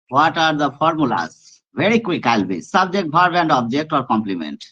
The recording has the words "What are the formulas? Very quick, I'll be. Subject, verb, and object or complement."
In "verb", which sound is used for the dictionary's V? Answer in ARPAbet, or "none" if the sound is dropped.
B